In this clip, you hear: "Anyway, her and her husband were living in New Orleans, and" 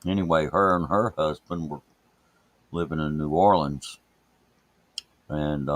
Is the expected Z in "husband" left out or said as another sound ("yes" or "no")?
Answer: no